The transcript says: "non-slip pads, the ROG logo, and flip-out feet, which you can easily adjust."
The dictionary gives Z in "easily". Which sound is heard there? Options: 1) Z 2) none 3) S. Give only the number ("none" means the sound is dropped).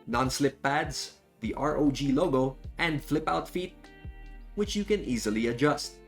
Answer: 1